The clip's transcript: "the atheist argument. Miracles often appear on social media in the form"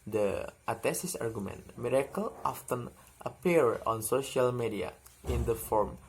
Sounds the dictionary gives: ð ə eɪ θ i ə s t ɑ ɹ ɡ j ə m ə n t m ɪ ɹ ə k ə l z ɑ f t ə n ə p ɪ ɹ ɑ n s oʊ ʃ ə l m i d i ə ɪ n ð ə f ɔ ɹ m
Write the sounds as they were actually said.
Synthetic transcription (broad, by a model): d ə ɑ t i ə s ɑ ɹ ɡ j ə m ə n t m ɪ ɹ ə k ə l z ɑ f t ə n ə p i ɹ ɑ n s oʊ ʃ ə l m i d i ə ɪ n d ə f ɔ ɹ m